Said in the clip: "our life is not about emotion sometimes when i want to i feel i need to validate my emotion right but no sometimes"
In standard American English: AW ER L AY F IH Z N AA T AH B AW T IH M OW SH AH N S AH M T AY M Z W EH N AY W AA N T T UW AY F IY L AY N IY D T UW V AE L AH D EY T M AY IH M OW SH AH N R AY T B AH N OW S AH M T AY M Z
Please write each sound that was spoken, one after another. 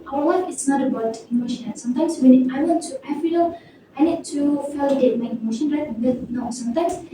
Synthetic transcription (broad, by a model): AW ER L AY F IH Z N AA T AH B AW T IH M OW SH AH N S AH M T AY M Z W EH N AY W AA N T T UW AY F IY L AY N IY D T UW F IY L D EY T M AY IH M OW SH AH N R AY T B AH N OW S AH M T AY M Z